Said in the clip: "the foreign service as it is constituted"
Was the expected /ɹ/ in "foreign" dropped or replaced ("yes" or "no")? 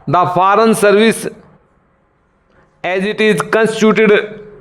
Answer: no